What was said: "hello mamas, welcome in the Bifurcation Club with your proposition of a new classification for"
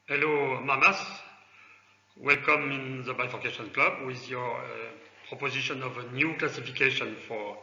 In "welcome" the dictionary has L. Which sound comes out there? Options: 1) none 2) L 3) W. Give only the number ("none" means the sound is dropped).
2